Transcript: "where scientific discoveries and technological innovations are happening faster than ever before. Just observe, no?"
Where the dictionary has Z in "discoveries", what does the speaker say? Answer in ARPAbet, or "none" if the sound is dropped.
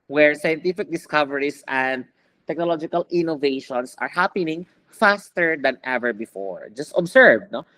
S